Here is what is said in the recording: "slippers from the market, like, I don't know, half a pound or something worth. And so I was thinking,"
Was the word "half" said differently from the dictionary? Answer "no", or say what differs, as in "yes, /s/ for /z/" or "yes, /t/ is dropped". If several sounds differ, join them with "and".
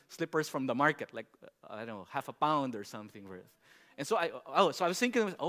no